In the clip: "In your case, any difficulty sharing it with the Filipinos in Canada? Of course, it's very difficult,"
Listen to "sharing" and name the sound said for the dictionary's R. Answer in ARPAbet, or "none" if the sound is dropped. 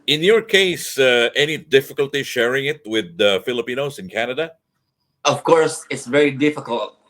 R